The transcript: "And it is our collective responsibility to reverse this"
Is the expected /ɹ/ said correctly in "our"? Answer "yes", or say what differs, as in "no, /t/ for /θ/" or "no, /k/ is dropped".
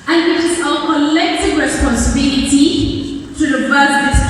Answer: no, /l/ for /ɹ/